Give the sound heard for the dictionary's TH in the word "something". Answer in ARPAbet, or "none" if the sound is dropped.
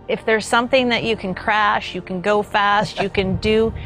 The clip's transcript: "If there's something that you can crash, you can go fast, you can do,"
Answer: TH